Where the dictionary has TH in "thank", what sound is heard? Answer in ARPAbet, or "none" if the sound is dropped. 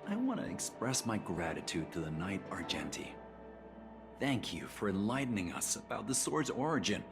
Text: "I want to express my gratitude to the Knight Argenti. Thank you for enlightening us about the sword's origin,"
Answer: TH